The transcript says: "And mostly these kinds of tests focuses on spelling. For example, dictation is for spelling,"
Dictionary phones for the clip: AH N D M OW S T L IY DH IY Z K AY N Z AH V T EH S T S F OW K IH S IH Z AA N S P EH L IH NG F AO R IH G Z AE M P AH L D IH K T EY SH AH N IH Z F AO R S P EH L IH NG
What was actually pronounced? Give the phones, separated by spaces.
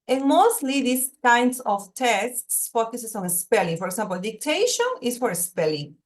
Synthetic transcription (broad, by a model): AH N M OW S T L IY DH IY S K AY N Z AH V T EH S T S F OW K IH S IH S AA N S P EH L IH NG F AO R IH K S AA M P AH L D IH K T EY SH AH N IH S F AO R S P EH L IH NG